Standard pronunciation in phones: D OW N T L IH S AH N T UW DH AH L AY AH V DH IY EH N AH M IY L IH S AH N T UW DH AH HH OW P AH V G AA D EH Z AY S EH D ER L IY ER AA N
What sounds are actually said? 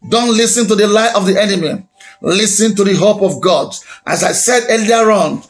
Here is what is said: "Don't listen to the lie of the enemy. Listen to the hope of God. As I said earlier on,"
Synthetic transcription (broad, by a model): D OW N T L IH S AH N T UW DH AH L AY AH V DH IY EH N AH M IY L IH S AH N T UW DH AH HH OW P AH V G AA D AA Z AY S EH D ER L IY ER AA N